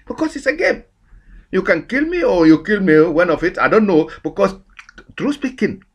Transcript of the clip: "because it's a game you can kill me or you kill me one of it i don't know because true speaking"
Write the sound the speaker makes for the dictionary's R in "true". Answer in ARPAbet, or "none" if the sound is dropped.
R